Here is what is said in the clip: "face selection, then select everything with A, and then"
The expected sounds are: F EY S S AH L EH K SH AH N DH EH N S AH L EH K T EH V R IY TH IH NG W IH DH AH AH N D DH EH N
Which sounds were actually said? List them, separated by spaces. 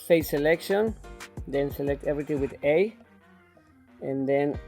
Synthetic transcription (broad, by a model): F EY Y S AH L EH K SH AH N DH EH N S AH L EH K T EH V R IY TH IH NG W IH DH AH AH N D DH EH N